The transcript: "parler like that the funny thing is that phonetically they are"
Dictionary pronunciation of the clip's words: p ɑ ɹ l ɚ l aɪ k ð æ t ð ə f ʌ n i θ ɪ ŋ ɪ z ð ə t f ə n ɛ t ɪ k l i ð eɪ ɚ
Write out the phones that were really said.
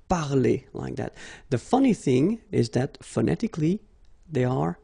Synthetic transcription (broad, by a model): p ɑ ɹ l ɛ l aɪ k ð æ t ð ə f ʌ n i θ ɪ ŋ ɪ z ð ə t f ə n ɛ t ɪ k l i ð eɪ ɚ